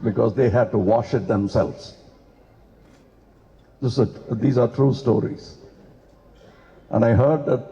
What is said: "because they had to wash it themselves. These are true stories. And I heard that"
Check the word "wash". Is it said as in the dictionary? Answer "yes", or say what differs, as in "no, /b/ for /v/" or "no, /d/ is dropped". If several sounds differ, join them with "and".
yes